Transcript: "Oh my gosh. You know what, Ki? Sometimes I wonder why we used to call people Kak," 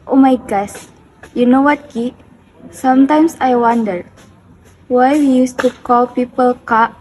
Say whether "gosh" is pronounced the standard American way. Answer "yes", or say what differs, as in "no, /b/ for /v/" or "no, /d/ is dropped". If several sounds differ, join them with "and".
no, /s/ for /ʃ/